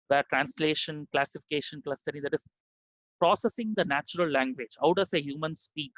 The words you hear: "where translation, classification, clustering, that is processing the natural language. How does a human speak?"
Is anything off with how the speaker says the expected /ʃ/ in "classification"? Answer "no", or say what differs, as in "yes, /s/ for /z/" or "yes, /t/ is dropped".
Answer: no